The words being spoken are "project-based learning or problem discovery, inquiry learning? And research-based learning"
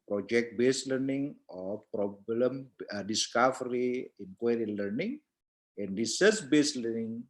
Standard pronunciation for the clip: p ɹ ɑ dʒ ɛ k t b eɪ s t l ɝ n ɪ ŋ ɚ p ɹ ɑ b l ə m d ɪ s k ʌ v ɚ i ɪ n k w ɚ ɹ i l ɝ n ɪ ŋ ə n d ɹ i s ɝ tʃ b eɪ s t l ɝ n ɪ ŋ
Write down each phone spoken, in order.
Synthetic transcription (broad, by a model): p ɹ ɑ dʒ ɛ k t b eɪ s l ɝ n ɪ ŋ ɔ p ɹ ɑ b l ə m d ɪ s k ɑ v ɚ i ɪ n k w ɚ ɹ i l ɝ n ɪ ŋ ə n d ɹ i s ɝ s b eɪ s l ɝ n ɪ ŋ